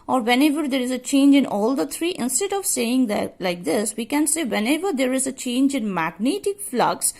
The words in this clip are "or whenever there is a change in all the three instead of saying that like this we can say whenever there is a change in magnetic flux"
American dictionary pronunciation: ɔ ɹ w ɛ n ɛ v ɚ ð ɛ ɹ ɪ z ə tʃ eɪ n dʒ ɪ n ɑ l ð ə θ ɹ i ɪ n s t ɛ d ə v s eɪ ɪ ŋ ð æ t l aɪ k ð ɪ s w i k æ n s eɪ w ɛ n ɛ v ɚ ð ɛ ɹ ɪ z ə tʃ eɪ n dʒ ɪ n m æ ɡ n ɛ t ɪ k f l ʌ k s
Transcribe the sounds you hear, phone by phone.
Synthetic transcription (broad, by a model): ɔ ɹ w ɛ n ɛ v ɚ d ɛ ɹ ɪ z ə tʃ eɪ n dʒ ɪ n ɑ l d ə t ɹ i ɪ n s t ɛ d ə v s eɪ ɪ ŋ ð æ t l aɪ k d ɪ s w i k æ n s eɪ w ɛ n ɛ v ɚ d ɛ ɹ ɪ z ə tʃ eɪ n dʒ ɪ n m æ ɡ n ɛ t ɪ k f l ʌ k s